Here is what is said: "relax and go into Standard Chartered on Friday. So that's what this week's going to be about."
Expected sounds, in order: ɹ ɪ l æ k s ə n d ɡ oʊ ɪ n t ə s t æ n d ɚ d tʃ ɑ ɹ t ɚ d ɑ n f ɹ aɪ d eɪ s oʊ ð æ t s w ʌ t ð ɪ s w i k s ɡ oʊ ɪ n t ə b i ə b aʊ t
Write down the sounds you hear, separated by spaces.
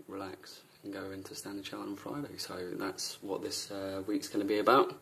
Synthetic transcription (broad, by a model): ɹ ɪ l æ k s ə n ɡ oʊ ɪ n t ə s t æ n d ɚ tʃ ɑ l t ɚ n f ɹ aɪ d eɪ s oʊ ð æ t s w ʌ t ð ɪ s w i k s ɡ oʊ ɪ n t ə b i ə b aʊ t